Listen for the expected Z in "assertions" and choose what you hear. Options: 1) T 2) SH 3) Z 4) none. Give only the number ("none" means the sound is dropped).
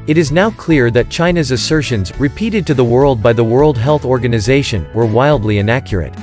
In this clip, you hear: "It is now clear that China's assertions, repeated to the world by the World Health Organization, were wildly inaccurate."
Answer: 3